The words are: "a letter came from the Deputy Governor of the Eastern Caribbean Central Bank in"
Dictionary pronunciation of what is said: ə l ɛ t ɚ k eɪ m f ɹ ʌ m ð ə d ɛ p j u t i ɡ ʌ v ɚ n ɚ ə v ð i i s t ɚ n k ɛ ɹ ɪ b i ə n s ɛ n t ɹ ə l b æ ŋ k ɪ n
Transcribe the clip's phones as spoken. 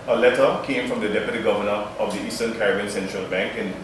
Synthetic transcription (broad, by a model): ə l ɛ t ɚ k eɪ m f ɹ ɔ m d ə d ɛ p j u t i ɡ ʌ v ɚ n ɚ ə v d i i s t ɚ n k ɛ ɹ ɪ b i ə n s ɛ n t ɹ ə l b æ ŋ k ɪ n